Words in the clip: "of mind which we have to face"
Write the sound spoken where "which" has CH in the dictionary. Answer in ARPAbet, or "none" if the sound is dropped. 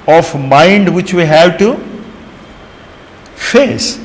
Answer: CH